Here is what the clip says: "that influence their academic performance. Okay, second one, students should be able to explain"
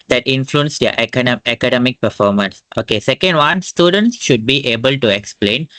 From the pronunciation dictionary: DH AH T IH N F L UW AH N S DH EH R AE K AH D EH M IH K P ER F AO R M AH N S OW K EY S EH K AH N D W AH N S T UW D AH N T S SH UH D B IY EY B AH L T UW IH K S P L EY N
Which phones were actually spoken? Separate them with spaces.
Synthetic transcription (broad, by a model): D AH T IH N F L UW AH N S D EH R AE K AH D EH M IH K P ER F AO R M AH N S OW K EY S EH K AH N D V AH N S T UW D AH N T S SH UH D B IY EY B AH L T UW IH K S P L EY N